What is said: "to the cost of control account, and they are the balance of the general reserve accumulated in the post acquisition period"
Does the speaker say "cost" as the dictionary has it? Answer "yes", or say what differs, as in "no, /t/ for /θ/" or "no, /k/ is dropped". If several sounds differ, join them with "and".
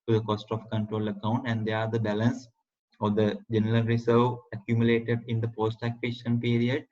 yes